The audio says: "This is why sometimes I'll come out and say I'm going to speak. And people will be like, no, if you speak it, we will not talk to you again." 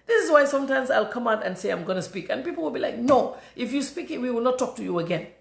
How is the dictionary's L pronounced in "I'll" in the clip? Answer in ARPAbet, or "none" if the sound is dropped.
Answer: L